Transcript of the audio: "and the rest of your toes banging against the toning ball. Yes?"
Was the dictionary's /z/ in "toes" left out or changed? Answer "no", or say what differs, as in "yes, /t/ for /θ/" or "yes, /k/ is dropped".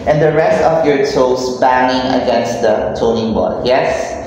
yes, /s/ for /z/